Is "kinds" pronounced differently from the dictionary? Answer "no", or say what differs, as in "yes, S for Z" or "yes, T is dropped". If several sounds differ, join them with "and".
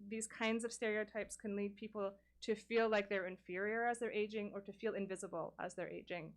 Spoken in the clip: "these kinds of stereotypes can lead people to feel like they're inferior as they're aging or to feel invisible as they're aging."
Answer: no